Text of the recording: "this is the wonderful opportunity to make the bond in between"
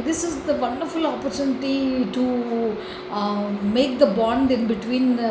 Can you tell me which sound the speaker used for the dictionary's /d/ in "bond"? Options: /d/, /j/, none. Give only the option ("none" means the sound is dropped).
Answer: /d/